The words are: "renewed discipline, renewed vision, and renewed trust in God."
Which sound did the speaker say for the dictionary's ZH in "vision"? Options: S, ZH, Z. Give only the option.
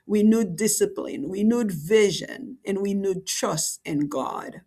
ZH